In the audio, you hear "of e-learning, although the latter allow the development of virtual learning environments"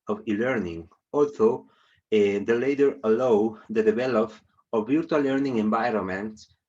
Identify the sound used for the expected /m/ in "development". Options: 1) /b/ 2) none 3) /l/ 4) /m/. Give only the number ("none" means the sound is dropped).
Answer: 2